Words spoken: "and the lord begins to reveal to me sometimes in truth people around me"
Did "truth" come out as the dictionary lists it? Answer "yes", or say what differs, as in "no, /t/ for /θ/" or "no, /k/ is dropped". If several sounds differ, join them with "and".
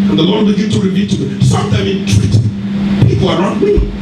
no, /t/ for /θ/